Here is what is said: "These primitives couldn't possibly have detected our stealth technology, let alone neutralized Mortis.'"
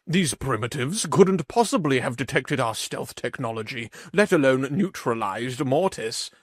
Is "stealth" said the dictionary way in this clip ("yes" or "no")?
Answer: yes